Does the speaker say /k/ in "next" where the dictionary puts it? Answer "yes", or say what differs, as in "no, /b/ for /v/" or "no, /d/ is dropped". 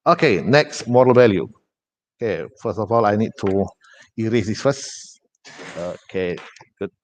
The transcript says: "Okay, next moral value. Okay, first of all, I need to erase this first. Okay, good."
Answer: yes